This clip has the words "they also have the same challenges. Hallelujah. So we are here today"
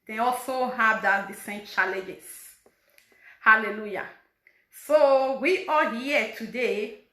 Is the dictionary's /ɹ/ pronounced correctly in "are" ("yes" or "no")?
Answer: no